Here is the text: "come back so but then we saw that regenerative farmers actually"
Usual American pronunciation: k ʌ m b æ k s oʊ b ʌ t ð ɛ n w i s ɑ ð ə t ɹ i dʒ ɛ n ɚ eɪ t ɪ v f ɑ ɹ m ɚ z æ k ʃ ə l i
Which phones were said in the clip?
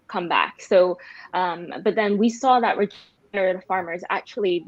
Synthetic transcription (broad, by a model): k ʌ m b æ k s oʊ b ʌ t ð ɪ n w i s ɑ ð ə t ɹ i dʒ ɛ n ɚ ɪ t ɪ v f ɑ ɹ m ɚ z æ k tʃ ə l i